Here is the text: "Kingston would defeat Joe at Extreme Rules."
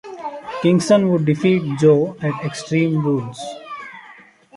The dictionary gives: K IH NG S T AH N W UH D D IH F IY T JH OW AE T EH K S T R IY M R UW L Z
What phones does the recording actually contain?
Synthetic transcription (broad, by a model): K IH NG S T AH N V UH D D IH F IY T JH OW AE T EH K S T R IY M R UW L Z